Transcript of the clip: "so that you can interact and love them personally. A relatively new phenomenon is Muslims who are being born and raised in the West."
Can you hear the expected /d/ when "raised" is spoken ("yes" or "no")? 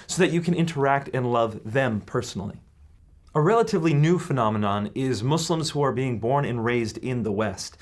yes